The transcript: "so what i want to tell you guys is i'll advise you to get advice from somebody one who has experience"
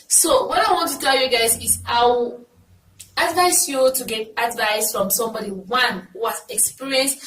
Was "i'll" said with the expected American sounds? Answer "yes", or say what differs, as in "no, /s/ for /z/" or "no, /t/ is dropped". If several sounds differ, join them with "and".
no, /w/ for /l/